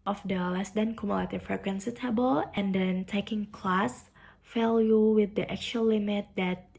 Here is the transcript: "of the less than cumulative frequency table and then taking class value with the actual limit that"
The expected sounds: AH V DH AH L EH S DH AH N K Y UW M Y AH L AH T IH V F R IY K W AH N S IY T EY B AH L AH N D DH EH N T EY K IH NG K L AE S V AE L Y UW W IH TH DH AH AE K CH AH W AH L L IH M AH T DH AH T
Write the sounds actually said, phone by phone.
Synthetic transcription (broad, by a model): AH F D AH L EH S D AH N K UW M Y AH L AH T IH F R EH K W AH N S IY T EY B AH L AH N D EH N T EY K IH NG K L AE S F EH L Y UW W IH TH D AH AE K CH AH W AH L L IH M AH T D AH T